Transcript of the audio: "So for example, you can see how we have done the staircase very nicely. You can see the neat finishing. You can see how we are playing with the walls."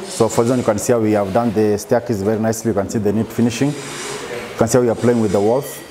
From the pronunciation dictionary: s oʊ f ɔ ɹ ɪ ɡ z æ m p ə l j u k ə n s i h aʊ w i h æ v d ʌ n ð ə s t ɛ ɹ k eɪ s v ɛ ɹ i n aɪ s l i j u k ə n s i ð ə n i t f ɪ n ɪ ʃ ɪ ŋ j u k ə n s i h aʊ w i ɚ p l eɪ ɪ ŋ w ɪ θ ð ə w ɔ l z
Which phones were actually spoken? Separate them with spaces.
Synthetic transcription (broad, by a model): s oʊ f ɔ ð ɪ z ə n j u k ə n s i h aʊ w i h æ v d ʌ n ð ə s t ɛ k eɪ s v ɛ ɹ i n aɪ s l i j u k ə n s i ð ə n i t f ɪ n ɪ ʃ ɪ ŋ j u k ə n s i h aʊ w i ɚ p l eɪ ɪ ŋ w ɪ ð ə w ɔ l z